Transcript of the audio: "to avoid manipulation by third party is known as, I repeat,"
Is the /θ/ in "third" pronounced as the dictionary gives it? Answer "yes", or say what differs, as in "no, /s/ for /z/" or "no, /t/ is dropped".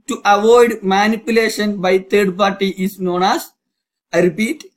no, /t/ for /θ/